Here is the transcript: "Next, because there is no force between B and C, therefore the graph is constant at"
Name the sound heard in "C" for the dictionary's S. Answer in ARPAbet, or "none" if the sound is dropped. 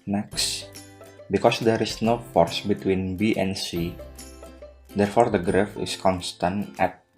S